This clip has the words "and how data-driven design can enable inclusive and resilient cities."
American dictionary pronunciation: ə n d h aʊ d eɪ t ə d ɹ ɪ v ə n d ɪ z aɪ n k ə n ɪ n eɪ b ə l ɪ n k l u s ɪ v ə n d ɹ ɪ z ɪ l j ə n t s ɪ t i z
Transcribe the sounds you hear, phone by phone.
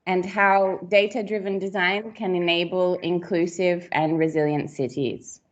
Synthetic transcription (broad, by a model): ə n h aʊ d eɪ t ə d ɹ ɪ v ə n d ɪ z aɪ n k ə n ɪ n eɪ b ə l ɪ n k l u s ɪ v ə n ɹ ɪ z ɪ l j ə n t s ɪ t i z